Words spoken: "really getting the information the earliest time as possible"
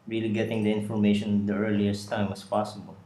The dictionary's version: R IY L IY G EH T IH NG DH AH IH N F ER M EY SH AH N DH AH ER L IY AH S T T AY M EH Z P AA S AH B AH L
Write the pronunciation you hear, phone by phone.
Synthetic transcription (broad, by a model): R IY L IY G EH T IH NG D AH IH N F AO M EY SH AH N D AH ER L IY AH S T T AY M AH S P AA S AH B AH L